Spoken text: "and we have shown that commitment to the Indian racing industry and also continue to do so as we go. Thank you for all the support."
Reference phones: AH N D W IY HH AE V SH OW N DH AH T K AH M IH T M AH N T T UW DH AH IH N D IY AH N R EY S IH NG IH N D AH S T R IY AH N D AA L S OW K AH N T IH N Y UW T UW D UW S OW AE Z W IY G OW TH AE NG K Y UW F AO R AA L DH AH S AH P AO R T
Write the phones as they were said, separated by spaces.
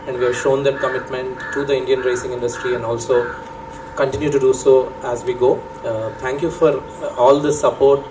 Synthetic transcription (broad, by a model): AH N D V IY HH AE V SH OW N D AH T K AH M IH T M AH N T T UW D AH IH N D IY AH N R EY S IH NG IH N D AH S T R IY AH N D AA L S OW K AH N T IH N Y UW T UW D UW S OW AE Z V IY G OW T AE NG K Y UW F AO R AA L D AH S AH P AO R T